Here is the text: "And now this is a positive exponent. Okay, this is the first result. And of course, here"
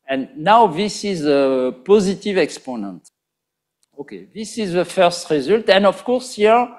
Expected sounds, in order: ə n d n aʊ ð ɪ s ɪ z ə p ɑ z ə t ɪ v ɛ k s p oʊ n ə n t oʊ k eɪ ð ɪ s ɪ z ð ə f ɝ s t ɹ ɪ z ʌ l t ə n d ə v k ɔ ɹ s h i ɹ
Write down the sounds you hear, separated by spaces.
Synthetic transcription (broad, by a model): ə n n aʊ ð ɪ s ɪ z ə p ɑ z ə t ɪ v ɛ k s p oʊ n ə n t oʊ k eɪ ð ɪ s ɪ z ð ə f ɝ s t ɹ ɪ z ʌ l t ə n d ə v k ɔ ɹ s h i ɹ